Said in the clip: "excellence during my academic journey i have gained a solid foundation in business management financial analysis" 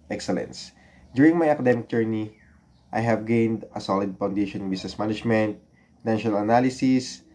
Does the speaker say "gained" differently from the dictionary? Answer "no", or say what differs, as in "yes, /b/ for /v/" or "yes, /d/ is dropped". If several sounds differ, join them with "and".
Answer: no